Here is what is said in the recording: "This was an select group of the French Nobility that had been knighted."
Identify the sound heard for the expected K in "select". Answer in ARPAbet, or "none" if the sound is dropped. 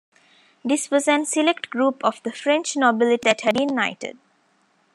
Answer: K